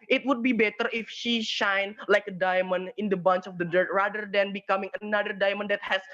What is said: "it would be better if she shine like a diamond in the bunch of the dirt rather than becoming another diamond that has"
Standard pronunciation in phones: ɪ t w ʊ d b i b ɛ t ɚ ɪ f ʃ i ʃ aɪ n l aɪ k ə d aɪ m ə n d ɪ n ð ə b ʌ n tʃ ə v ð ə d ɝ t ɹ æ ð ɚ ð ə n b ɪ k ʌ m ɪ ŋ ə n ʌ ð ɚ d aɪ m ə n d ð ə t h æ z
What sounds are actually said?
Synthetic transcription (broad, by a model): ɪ t w ʊ d b i b ɛ t ɚ ɪ f ʃ i ʃ aɪ n l aɪ k ə d aɪ m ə n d ɪ n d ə b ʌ n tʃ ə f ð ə d ɝ t ɹ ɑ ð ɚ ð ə n b ɪ k ʌ m ɪ ŋ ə n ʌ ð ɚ d aɪ m ə n d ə t h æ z